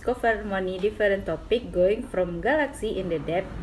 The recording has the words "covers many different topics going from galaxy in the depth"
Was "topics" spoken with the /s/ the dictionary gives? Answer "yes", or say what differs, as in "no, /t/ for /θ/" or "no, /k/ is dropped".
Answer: no, /s/ is dropped